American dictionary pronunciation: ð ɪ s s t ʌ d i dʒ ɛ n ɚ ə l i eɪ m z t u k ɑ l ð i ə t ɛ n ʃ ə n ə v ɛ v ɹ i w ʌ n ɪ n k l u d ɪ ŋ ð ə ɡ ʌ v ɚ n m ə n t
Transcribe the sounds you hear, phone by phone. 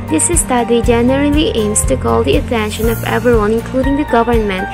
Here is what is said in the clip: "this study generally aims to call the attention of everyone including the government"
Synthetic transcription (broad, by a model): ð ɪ s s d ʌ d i dʒ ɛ n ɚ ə l i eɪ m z t u k ɑ l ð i ə t ɛ n ʃ ə n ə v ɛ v i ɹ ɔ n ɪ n k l u d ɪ ŋ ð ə ɡ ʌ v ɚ n m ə n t